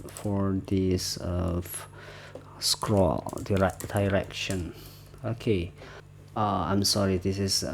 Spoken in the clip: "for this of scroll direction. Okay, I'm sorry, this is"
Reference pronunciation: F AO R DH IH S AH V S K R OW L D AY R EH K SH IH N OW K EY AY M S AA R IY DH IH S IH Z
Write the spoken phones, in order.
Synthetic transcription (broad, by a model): F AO R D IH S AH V S K R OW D D AY R EH K SH IH N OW K EY AY M S AA R IY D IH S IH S